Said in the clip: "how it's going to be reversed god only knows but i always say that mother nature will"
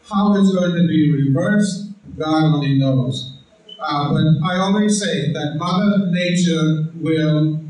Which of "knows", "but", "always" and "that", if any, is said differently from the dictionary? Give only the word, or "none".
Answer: none